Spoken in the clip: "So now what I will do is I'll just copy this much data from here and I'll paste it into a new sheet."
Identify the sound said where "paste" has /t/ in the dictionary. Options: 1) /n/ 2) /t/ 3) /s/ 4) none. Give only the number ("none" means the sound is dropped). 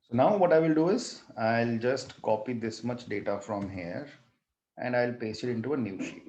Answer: 4